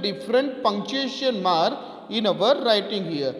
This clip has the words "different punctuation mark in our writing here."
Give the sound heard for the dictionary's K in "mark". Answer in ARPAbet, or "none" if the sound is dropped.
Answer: none